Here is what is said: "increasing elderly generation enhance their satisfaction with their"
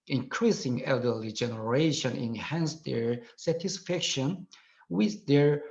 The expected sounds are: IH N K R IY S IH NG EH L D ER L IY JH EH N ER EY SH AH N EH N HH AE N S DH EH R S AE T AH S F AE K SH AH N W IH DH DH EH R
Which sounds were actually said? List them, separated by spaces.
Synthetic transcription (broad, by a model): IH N K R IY S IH NG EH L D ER L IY JH EH N ER EY SH AH N EH N HH AE N S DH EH R S AE T AH S F AE K SH AH N W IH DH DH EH R